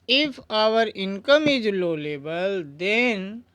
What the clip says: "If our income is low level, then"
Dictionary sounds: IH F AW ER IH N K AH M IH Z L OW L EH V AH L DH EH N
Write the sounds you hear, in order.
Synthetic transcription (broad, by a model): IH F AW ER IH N K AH M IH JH L OW L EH B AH L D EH N